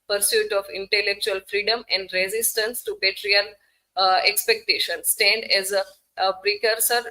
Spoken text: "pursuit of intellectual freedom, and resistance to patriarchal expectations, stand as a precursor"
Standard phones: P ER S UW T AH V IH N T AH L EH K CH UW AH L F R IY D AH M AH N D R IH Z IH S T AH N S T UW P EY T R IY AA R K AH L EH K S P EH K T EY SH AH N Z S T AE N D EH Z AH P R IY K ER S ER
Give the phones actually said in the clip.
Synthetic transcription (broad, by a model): P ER S UW T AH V IH N T AH L EH K CH UW AH L F R IY D AH M AH N D R IH Z IH S T AH N S T UW P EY T R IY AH N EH K S P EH K T EY SH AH N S T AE N D EH Z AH P R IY K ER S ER